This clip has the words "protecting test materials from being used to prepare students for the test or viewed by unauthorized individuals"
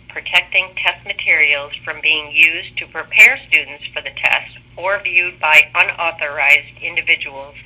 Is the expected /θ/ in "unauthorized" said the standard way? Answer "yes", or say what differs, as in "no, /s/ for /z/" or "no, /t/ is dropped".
yes